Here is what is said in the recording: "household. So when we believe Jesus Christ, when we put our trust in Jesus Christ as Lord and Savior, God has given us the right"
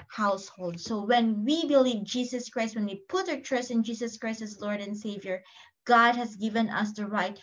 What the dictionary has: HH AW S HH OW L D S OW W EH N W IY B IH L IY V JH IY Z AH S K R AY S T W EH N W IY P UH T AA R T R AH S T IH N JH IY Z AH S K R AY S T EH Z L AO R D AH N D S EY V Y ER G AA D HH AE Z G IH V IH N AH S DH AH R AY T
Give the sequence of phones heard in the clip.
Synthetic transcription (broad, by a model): HH AW S HH OW L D S OW W EH N W IY B IH L IY V JH IY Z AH S K R AY S T W EH N W IY P UH T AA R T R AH S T IH N JH IY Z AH S K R AY S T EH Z L AO R D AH N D S EY V Y ER G AA D HH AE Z G IH V IH N AH S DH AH R AY T